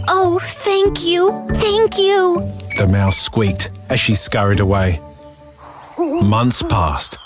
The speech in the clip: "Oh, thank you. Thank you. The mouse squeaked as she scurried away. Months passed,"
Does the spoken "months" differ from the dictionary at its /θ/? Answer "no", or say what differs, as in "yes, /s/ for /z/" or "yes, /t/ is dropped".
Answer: no